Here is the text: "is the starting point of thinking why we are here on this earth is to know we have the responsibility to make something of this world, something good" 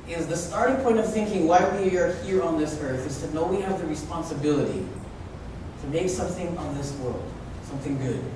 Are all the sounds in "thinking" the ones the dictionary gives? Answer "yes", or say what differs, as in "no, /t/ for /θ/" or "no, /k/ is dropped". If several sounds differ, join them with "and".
yes